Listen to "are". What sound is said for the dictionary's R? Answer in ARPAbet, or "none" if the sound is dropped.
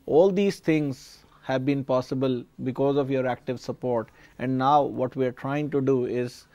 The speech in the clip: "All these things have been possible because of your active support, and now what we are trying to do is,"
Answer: R